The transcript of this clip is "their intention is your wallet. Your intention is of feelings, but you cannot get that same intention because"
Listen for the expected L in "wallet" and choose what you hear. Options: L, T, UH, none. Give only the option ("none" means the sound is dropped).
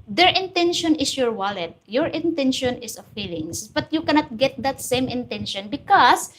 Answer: L